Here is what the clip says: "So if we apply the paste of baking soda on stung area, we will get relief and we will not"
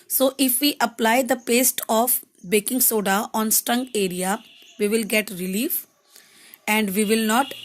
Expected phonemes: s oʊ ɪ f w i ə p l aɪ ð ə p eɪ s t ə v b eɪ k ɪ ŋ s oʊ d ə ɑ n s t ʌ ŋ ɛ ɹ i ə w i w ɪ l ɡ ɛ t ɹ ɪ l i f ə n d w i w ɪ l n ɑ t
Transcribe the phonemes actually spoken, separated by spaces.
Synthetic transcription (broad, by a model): s oʊ ɪ f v i ə p l aɪ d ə p eɪ s t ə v b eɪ k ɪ ŋ s oʊ d ə ɑ n s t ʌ ŋ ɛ ɹ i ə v i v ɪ l ɡ ɛ t ɹ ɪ l i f ə n d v i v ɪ l n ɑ t